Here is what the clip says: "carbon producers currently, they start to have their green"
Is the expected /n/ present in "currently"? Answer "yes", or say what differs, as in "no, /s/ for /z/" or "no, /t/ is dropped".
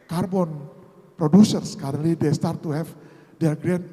no, /n/ is dropped